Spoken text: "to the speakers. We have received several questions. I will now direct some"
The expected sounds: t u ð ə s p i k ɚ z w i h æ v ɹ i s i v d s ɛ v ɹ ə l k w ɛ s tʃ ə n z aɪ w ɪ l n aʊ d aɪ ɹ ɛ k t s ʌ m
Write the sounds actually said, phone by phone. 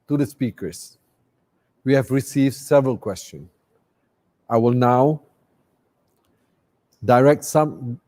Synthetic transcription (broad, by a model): t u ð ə s p i k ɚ s w i h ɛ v ɹ i s i v d s ɛ v ɹ ə l k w ɛ s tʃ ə n aɪ w ɪ l n aʊ d aɪ ɹ ɛ k t s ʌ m